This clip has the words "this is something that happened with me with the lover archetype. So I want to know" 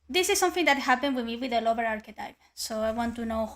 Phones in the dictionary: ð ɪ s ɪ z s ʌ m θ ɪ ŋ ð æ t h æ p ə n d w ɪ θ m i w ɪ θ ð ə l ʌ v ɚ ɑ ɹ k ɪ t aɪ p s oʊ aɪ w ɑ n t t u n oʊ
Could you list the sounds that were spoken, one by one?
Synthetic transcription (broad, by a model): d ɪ s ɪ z s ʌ m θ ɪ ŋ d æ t h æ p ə n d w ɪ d m i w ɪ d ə l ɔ b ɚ ɑ ɹ k ɪ t aɪ p s oʊ aɪ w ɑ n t t u n oʊ